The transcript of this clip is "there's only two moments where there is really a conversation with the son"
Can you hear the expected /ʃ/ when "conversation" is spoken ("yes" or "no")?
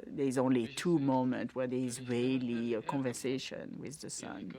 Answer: yes